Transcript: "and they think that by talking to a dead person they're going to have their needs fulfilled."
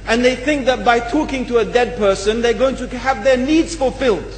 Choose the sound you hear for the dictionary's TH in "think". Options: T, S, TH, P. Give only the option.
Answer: TH